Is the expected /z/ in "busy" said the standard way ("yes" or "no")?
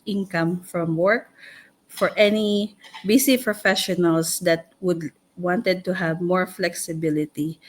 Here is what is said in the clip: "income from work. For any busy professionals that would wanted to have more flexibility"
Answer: no